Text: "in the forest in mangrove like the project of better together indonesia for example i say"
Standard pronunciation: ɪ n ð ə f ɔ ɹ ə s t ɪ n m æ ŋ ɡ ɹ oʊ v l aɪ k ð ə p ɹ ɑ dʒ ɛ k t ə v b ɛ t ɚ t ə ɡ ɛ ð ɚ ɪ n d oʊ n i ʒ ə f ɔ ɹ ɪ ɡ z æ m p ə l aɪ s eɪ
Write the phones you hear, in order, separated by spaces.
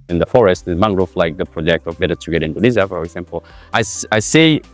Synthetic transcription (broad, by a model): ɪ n ð ə f ɔ ɹ ə s t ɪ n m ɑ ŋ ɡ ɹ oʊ f l aɪ k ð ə p ɹ ɑ dʒ ɛ k t ə v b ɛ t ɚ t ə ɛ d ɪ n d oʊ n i z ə f ɔ ɹ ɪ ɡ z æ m p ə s aɪ s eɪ